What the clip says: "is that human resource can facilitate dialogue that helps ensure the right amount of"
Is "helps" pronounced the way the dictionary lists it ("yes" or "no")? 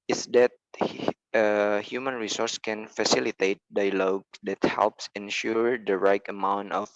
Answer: yes